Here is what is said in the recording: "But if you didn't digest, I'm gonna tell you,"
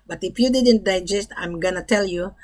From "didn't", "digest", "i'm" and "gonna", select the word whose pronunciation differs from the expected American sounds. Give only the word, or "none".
none